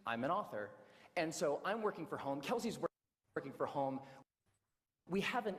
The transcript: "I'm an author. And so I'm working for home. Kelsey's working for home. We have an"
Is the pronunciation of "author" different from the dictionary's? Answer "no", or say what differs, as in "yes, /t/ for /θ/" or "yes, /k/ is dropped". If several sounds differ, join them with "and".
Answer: no